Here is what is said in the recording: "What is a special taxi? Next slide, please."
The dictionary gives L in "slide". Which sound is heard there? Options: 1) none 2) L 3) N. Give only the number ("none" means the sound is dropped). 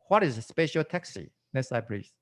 1